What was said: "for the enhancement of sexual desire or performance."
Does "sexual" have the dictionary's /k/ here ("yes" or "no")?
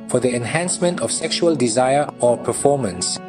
yes